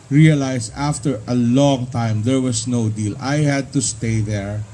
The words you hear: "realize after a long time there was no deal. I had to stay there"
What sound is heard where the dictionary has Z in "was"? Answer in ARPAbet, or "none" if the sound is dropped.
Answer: S